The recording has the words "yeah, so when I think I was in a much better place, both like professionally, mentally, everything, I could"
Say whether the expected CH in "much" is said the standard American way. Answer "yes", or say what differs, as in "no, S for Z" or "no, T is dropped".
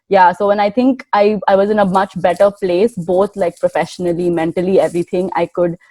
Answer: yes